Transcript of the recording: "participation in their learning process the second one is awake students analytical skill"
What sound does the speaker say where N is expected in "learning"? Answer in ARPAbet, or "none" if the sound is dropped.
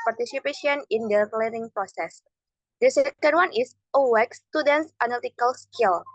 none